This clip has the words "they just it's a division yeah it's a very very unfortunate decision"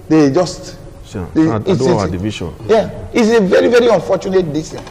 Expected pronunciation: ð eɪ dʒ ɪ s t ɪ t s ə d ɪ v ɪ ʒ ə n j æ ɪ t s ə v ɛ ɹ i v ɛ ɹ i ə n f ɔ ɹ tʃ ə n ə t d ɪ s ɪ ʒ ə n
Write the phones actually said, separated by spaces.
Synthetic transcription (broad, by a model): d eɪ dʒ ɪ s t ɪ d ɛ ə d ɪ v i ʃ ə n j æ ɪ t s ə v ɛ ɹ i v ɛ ɹ i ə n f ɔ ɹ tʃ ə n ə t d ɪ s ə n